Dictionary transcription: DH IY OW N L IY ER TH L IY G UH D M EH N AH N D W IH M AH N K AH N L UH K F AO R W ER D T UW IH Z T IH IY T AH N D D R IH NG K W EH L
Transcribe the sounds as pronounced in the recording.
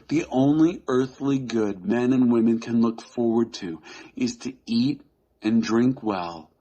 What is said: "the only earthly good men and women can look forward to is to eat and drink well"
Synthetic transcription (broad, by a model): DH IY OW N L IY ER TH L IY G UH D M EH N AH N W IH M AH N K AH N L UH K F AO R W ER D T UW IH Z T IH IY T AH N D D R IH NG K W EH L